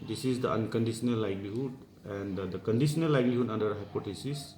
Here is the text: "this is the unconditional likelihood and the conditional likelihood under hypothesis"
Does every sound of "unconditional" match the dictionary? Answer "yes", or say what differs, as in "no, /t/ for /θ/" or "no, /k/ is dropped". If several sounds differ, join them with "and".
no, /s/ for /ʃ/